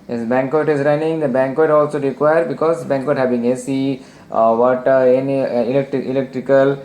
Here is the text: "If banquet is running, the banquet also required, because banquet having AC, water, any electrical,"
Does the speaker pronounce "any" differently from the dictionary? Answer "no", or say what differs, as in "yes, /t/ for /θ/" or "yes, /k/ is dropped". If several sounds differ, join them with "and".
yes, /l/ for /n/